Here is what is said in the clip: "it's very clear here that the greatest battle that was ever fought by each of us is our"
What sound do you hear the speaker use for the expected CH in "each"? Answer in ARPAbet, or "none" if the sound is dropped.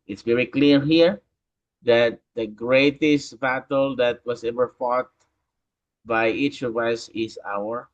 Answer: CH